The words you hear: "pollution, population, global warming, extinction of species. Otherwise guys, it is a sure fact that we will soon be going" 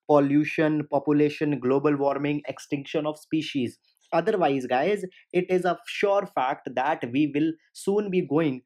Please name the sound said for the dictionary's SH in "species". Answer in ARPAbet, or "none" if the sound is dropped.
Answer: SH